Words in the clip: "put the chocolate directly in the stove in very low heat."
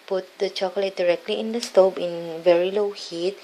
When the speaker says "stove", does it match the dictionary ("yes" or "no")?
no